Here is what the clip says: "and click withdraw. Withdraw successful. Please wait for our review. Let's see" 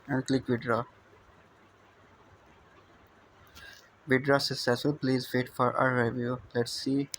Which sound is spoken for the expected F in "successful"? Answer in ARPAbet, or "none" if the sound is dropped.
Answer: none